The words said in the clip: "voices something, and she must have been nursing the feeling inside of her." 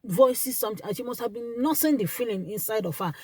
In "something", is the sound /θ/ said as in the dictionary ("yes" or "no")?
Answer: no